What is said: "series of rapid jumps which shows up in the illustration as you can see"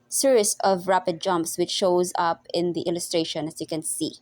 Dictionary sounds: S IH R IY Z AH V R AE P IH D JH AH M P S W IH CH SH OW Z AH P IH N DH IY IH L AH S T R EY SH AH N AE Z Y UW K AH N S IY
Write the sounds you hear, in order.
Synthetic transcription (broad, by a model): S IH R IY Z AH V R AE P IH D JH AH M P S W IH CH SH OW Z AH P IH N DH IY IH L AH S T R EY SH AH N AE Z Y UW K AH N S IY